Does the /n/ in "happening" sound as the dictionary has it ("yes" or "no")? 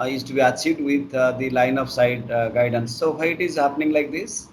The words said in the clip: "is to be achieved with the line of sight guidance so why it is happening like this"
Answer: yes